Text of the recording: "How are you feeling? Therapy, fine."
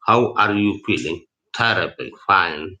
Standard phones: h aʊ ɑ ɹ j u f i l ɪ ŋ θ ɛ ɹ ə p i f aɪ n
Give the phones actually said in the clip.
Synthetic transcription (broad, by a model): h aʊ ɑ ɹ j u f i l ɪ ŋ t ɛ ɹ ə b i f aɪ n